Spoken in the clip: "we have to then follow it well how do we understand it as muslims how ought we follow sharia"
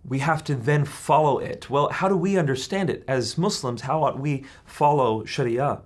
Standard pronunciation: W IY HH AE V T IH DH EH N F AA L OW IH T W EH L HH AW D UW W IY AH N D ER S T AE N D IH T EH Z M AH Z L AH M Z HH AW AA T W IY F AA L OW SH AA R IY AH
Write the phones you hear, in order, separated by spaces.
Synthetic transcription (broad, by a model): W IY HH AE F T IH DH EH N F AA L OW IH T W EH L HH AW D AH W IY AH N D ER S T AE N D IH T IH Z M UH S L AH M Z HH AW AA T W IY F AA L OW SH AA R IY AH